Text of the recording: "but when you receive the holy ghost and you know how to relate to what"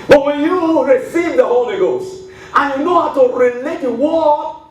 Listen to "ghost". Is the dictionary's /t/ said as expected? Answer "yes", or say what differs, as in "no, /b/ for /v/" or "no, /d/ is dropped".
yes